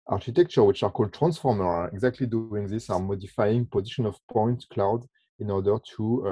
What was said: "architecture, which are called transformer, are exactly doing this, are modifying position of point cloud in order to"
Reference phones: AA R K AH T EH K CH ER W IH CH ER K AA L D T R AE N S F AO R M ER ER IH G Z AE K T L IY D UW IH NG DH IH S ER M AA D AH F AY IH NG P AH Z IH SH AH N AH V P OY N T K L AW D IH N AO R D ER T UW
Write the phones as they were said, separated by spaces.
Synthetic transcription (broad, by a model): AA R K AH T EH K CH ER W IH CH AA K AA L D T R AE N S F AO R M ER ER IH G Z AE K T L IY D UW IH NG DH IH S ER M AA D AH F AY IH NG P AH Z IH SH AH N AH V P OY N T K L AW D IH N AO R D ER T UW